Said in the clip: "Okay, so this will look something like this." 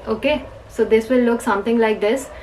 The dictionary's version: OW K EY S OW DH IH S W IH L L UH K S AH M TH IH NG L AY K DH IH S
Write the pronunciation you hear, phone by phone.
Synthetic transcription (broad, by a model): OW K EY S OW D IH S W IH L L UH K S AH M T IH NG L AY K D IH S